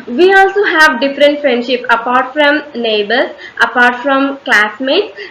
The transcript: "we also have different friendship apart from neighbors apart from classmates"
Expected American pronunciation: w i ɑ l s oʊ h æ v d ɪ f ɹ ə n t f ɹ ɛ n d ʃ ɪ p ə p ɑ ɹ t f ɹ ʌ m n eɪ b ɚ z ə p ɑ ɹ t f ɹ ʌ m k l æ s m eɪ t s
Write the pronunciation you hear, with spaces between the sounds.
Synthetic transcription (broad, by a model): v i ɑ l s oʊ h æ v d ɪ f ɹ ə n t f ɹ ɛ n d ʃ ɪ p ə p ɑ ɹ t f ɹ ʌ m n eɪ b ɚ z ə p ɑ ɹ t f ɹ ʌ m k l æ s m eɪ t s